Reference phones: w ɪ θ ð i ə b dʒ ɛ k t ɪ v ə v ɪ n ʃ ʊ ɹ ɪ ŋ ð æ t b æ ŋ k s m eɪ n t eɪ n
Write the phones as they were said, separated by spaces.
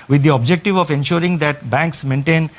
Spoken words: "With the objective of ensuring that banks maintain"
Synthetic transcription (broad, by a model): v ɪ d i ə b dʒ ɛ k t ɪ v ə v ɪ n ʃ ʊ ɹ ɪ ŋ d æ t b æ ŋ k s m eɪ n t eɪ n